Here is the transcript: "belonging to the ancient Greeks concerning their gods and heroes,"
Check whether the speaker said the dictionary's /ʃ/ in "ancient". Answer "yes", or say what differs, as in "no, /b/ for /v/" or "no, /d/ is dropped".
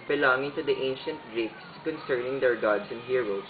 yes